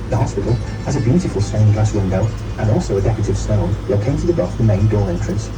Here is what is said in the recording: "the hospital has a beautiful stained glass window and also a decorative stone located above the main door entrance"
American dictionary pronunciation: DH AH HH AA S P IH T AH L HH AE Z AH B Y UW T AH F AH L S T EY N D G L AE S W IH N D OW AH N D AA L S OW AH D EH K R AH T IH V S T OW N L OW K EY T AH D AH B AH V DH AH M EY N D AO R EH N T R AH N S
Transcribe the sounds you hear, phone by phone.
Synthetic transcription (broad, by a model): DH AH HH AA S P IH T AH L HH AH Z AH B Y UW T AH F AH L S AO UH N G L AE S W IH N D OW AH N AA L S OW AH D EH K AH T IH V S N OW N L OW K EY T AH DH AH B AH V DH AH M EY N D AO R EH N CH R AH N S